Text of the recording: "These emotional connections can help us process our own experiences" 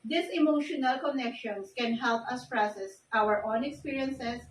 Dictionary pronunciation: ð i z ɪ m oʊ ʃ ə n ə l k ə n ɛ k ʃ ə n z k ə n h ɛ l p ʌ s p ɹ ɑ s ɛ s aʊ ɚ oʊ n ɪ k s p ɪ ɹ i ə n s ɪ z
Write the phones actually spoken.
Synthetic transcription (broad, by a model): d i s ɪ m oʊ ʃ ə n ə l k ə n ɛ k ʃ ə n s k ə n h ɛ l p ʌ s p ɹ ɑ s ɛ s aʊ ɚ oʊ n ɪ k s p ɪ ɹ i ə n s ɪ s